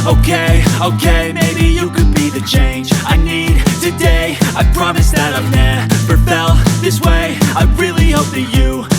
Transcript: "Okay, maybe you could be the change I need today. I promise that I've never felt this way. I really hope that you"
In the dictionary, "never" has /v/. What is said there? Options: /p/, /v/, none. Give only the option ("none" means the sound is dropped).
/p/